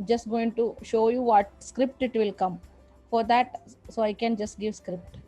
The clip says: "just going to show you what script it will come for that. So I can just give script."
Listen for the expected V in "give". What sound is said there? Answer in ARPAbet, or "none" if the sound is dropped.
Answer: V